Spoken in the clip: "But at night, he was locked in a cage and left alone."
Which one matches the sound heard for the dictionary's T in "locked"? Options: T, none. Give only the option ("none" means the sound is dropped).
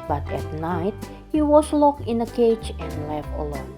none